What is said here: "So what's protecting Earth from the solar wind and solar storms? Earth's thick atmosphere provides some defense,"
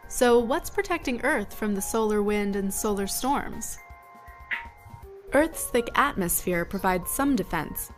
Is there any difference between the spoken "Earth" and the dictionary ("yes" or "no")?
no